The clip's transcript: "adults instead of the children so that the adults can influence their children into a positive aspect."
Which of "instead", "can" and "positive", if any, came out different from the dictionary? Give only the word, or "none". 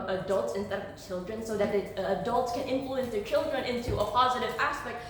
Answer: none